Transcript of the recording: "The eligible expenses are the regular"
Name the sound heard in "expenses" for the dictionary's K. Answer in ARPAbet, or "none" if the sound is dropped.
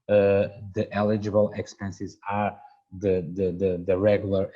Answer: K